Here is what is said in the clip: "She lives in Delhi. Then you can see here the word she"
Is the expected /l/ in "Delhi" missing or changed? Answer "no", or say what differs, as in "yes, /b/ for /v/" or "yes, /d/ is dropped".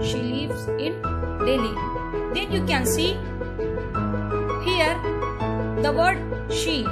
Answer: no